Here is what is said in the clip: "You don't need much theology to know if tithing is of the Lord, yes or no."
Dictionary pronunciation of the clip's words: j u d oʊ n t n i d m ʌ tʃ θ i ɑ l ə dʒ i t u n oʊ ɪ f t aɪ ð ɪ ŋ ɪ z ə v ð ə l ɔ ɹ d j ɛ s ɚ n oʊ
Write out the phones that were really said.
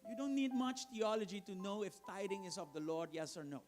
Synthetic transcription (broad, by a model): j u d oʊ n t n i d m ʌ tʃ t i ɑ l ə dʒ i t u n oʊ ɪ f t aɪ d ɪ ŋ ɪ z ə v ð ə l ɔ ɹ d j ɛ s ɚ n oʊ